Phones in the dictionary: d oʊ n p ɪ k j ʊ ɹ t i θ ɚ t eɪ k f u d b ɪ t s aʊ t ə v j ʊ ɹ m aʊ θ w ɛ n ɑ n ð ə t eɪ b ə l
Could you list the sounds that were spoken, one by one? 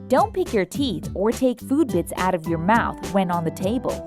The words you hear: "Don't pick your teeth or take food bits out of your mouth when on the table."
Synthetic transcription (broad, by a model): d oʊ n p ɪ k j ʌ ɹ t i θ ɚ t eɪ k f u d b ɪ t s aʊ t ə v j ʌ ɹ m aʊ θ w ɛ n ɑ n ð ə t eɪ b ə l